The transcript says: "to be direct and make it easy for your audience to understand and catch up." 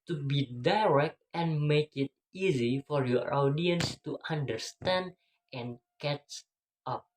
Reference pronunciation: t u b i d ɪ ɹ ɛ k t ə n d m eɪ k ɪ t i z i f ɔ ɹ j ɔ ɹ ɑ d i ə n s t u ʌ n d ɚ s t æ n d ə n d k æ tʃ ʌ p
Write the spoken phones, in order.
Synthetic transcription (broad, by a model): t u b i d ɪ ɹ ɛ k t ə n m eɪ k ɪ t i z i f ɔ ɹ j ɔ ɹ ɑ d i ə n s t u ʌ n d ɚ s t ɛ n d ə n k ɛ tʃ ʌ p